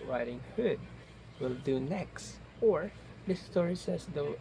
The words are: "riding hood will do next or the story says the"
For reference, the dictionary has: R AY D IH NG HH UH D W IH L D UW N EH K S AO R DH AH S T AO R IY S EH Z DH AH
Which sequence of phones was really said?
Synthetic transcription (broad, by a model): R AY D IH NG HH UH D W IH L D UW N EH K S AO R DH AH S T AO R IY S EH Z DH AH